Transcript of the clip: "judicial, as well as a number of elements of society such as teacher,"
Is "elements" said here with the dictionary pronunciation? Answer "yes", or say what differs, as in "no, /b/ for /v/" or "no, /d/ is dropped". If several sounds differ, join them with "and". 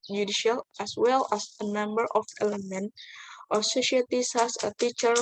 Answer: no, /s/ is dropped